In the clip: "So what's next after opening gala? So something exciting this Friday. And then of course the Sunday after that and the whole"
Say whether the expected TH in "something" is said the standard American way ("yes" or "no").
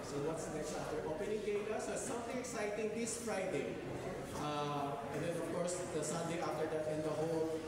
no